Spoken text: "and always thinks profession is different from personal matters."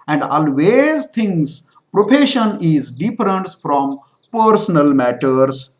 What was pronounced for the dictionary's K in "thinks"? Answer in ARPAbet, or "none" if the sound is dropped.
none